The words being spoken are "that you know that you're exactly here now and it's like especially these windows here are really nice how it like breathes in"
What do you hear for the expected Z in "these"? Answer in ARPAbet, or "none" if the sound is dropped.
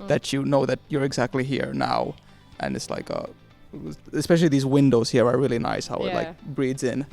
Z